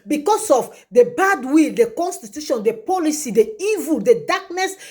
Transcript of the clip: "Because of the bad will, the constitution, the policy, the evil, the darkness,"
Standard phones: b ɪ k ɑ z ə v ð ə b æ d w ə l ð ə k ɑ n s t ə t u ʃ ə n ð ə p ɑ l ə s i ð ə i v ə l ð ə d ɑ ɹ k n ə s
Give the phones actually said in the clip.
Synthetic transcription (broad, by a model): b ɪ k ɑ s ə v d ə b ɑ d w ə l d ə k ɑ n s t ə t u ʃ ə n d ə p ɑ l ə s i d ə i v ə l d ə d ɑ k n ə s